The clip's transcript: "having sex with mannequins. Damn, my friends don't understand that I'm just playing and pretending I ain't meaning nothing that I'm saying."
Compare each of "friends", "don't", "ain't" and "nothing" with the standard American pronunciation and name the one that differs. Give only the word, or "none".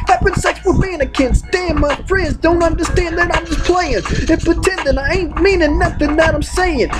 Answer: none